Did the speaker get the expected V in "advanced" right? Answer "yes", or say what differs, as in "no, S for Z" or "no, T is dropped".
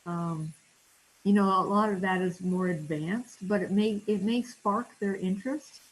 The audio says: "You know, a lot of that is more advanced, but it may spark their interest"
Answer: yes